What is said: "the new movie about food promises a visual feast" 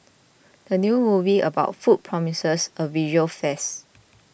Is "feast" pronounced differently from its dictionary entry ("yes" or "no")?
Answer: yes